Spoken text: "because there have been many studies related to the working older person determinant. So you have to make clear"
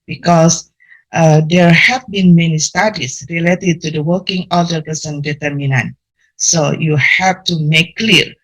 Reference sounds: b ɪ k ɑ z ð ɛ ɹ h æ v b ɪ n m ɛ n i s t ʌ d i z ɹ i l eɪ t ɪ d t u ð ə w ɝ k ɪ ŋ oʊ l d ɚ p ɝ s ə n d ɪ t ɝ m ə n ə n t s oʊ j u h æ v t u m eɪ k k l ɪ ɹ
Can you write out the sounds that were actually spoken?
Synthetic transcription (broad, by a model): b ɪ k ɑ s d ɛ ɹ h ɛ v b ɪ n m ɛ n i s t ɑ d i s ɹ i l eɪ t ɪ d t u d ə w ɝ k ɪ ŋ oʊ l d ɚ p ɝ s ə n d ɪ t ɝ m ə n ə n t s oʊ j u h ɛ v t u m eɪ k k l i ɹ